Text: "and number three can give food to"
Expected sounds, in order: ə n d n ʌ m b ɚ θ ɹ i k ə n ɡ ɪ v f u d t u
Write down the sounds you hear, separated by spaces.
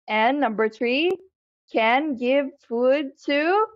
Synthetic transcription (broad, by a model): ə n n ʌ m b ɚ θ ɹ i k ə n ɡ ɪ v f u d t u